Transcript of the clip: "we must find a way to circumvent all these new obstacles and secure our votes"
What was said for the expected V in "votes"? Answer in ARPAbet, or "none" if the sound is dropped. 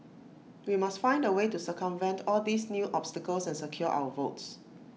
V